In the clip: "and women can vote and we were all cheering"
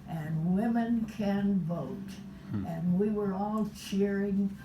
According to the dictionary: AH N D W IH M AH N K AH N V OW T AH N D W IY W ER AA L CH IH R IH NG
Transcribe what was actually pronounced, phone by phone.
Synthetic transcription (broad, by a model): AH N W IH M AH N K AH N V OW T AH N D W IY W ER AA L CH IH R IH NG